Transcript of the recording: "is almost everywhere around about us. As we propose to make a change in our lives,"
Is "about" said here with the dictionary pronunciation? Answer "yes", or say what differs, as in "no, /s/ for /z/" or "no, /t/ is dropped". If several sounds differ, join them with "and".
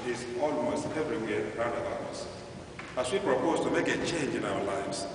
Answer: no, /t/ is dropped